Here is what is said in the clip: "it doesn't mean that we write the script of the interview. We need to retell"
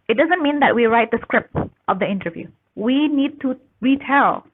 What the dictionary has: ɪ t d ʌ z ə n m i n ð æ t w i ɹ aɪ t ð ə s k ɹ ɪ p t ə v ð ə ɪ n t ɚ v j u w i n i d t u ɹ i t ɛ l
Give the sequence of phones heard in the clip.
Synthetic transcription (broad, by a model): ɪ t d ʌ z ə n m i n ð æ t w i ɹ aɪ t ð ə s k ɹ ɪ p t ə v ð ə ɪ n t ɚ v j u w i n i d t u ɹ i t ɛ l